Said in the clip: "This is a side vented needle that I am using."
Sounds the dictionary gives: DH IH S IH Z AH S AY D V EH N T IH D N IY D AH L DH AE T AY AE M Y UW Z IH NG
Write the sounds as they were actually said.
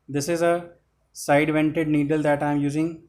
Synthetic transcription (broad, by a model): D IH S IH Z AH S AY D V EH N T IH D N IY D AH L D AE T AY M Y UW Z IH NG